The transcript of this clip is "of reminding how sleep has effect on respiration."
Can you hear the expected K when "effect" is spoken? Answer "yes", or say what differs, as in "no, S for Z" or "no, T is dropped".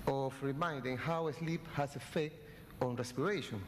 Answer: no, K is dropped